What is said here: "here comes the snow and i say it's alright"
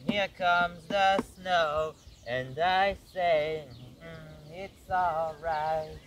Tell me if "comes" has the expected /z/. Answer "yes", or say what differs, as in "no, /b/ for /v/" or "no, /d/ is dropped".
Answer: yes